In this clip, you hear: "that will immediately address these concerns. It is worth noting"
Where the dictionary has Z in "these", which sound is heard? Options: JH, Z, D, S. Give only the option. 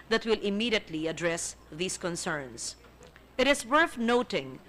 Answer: S